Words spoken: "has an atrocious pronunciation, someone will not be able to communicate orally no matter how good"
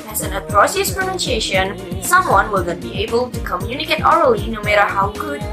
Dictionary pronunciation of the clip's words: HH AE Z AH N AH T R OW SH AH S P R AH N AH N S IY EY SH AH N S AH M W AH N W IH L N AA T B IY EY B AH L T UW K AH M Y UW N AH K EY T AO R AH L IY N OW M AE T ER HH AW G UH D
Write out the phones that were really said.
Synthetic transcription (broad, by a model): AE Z AH N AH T R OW S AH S P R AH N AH N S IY EY SH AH N S AH M W AH N W IH L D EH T B IY EY B AH L T UW K AH M Y UW N AH K EY T AO R AH L IY N OW M AE T ER HH AW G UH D